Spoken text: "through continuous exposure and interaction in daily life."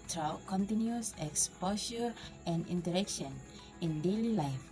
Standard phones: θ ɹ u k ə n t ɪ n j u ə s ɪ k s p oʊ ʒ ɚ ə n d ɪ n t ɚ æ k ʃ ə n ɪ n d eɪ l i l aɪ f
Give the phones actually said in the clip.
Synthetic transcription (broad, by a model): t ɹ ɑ k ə n t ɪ n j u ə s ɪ k s p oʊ ʃ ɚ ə n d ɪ n t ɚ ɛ k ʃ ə n ɪ n d eɪ l i l aɪ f